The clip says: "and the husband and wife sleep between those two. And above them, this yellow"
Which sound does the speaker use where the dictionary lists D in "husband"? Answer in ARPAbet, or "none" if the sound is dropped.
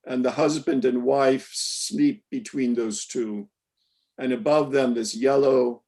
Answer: D